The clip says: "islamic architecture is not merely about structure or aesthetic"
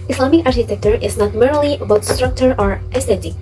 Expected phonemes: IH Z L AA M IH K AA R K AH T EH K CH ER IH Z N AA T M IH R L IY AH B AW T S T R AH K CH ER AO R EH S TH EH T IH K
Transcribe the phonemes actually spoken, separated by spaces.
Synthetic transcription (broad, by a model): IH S L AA M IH K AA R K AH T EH K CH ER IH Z N AA T M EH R L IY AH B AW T S T R AH K CH ER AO R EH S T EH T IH